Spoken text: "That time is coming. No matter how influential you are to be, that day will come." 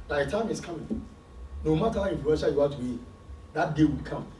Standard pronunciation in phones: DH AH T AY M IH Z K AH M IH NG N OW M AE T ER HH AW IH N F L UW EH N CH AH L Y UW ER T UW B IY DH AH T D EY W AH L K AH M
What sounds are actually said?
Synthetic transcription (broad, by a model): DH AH T AY M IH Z K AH M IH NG N OW M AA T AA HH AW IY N F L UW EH N S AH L Y UW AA T UW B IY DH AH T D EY W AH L K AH M